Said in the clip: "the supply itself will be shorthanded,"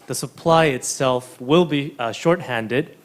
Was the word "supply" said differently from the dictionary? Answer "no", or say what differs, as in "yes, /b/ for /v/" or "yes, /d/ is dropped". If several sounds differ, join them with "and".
no